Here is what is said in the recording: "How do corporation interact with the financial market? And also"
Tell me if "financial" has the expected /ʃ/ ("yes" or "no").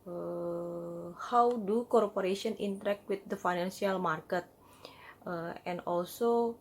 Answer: no